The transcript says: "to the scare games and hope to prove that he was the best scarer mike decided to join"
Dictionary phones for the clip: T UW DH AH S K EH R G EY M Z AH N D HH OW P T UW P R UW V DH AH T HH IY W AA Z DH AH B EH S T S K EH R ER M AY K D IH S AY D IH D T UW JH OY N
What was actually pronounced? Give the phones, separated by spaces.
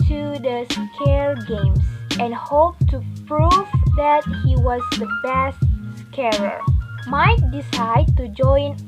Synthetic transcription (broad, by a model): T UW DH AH S K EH L G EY M S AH N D HH OW P T UW P R UW V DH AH T HH IY W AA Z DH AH B EH S T S K EH R ER M AY K D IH S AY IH D T UW JH OY N